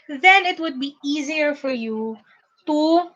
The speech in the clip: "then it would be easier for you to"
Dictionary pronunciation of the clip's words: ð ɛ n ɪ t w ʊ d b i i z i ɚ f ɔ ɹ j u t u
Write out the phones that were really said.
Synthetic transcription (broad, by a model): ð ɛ n ɪ t w ʊ d b i i z i ɚ f ɔ ɹ j u t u